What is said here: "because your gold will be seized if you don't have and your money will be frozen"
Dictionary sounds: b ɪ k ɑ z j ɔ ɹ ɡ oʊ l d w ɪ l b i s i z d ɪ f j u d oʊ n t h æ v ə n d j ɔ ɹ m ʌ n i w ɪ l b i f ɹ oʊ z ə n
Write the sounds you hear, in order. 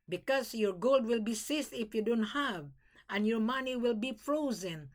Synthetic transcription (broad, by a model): b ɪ k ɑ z j ɔ ɹ ɡ oʊ l d w ɪ l b i s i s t ɪ f j u d oʊ n t h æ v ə n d j ɔ ɹ m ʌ n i w ɪ l b i f ɹ oʊ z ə n